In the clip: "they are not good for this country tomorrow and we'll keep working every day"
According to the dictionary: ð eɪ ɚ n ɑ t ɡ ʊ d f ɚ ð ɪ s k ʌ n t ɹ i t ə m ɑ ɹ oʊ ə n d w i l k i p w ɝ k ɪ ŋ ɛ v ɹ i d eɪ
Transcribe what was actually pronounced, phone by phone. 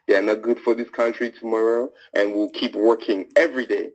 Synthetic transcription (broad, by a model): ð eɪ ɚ n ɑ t ɡ ʊ d f ɚ ð ɪ s k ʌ n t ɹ i t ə m ɑ ɹ oʊ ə n w i l k i p w ɝ k ɪ ŋ ɛ v ɹ i d eɪ